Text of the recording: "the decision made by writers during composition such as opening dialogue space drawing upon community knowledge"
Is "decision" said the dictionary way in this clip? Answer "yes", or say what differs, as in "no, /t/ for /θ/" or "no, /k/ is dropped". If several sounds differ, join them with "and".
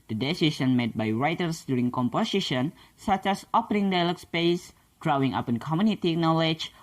no, /s/ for /ʒ/